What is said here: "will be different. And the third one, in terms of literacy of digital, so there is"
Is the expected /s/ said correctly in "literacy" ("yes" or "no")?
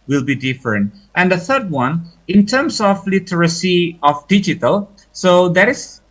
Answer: yes